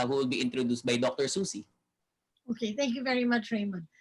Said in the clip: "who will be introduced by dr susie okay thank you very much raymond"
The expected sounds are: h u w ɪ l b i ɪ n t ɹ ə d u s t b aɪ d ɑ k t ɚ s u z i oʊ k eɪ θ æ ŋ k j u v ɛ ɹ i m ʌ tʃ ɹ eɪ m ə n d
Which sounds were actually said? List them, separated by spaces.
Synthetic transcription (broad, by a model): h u w ɪ l b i ɪ n t ɹ ə d u s t b aɪ d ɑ k t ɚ s u s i oʊ k eɪ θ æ ŋ k j u v ɛ ɹ i m ʌ tʃ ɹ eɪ m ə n